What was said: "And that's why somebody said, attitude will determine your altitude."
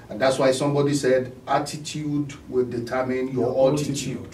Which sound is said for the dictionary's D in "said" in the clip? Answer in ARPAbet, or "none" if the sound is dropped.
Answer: D